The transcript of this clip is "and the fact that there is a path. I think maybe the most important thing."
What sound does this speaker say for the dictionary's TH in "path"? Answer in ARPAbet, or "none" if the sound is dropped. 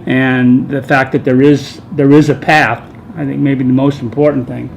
TH